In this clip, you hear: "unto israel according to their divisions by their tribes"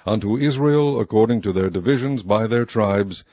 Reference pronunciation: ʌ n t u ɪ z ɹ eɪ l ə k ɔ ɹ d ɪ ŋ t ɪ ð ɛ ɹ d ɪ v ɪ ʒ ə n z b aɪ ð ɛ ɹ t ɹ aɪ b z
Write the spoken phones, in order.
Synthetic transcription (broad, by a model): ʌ n t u ɪ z ɹ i l ə k ɔ ɹ d ɪ ŋ t ɪ ð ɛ ɹ d ɪ v ɪ ʒ ə n z b aɪ ð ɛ ɹ t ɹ aɪ b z